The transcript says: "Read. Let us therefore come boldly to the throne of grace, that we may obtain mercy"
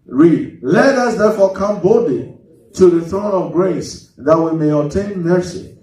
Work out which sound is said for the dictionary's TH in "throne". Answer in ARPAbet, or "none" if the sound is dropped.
TH